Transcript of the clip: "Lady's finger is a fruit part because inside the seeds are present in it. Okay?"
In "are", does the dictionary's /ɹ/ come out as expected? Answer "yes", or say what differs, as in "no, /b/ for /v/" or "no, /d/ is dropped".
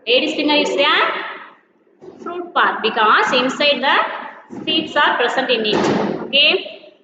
yes